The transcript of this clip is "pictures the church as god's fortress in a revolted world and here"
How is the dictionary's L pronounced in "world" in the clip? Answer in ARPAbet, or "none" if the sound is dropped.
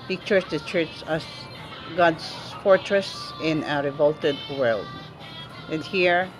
L